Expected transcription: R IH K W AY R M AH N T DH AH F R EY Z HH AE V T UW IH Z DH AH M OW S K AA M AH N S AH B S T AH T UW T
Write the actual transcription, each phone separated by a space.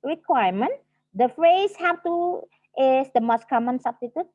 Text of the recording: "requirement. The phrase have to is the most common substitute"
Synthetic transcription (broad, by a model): R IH K W AY M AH N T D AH F R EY S HH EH F T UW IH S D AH M OW S K AA M AH N S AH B S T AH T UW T